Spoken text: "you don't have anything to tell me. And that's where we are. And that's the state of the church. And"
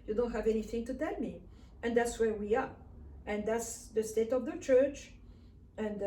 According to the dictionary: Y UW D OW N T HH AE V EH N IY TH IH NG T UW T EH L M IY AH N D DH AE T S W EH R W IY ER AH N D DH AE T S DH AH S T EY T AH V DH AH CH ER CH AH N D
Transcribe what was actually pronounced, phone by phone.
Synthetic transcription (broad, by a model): Y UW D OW N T HH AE V EH N IY TH IH NG T UW T EH L M IY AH N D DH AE T S W EH R W IY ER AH N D DH AE T S DH AH S T EY T AH V DH AH CH ER CH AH N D